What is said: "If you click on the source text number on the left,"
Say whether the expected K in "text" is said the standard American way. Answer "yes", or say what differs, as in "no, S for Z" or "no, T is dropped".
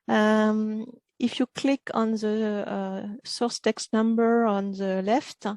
yes